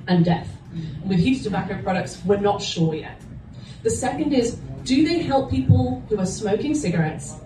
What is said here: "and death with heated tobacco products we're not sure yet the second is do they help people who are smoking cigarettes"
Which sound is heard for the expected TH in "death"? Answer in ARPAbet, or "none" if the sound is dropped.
TH